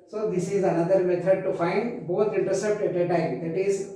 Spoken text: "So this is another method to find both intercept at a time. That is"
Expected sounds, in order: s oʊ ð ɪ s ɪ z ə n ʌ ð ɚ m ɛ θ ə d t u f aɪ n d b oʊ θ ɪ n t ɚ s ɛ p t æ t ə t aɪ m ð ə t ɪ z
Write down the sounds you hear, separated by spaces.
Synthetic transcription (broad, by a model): s oʊ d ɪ s ɪ z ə n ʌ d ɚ m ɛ t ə d t u f aɪ n d b oʊ t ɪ n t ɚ s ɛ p t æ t ə t aɪ m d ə t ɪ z